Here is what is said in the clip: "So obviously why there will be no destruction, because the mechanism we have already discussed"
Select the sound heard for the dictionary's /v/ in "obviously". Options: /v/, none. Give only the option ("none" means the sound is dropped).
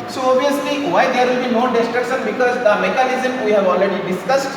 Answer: none